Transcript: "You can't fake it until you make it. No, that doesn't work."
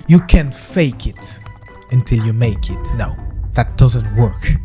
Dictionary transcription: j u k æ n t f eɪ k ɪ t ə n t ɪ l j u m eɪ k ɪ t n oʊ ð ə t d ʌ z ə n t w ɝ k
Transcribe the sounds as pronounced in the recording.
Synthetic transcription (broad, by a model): j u k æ n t f eɪ k ɪ t ə n t ɪ l j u m eɪ k ɪ t n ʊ ð ə t d ʌ z ə n t w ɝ k